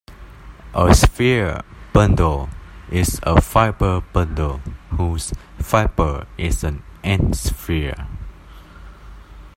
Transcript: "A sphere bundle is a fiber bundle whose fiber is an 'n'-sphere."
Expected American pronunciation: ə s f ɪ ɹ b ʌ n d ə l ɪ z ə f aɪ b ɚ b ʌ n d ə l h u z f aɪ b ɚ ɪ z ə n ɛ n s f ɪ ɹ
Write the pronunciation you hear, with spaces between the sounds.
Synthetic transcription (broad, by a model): ə s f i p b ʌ n d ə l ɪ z ə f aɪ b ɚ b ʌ n d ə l h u s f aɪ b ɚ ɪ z ə n ɛ n s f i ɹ